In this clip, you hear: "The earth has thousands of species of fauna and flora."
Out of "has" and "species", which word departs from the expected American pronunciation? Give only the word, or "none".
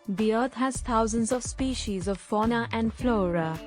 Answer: none